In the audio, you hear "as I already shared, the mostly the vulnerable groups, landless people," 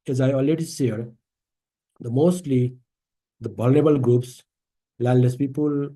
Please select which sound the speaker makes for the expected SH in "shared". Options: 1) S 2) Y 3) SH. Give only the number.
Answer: 1